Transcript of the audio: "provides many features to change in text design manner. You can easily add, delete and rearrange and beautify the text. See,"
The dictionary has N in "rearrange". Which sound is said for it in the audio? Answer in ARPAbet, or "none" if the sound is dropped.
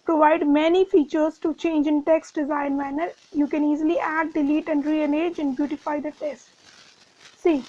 none